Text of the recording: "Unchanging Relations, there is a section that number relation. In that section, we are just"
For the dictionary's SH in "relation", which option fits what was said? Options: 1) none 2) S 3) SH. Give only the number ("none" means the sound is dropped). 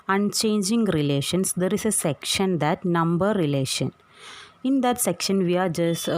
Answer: 3